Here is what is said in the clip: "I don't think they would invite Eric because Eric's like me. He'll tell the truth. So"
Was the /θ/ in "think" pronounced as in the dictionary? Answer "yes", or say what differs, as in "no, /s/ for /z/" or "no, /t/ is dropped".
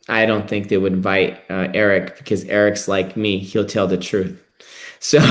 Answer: yes